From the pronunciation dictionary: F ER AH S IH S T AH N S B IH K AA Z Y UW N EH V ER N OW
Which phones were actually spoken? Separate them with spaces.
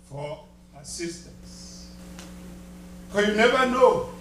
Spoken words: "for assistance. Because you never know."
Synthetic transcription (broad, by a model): F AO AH S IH S T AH N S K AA Y UW N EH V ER N OW